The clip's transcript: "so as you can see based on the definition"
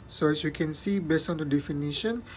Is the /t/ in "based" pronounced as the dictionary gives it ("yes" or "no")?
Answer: no